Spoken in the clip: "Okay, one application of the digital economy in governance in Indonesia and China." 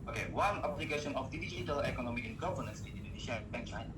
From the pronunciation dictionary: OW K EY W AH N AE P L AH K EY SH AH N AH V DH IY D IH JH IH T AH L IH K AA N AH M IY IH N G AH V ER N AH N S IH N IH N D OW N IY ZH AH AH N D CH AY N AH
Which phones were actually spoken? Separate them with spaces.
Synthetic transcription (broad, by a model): OW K EY W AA N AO B L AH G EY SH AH N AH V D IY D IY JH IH T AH L IH K AA N AH M IY IH N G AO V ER N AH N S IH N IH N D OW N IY SH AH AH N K CH AY N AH